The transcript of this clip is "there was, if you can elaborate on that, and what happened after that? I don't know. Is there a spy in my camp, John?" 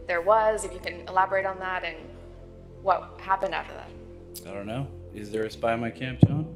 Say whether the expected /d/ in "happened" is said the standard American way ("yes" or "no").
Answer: yes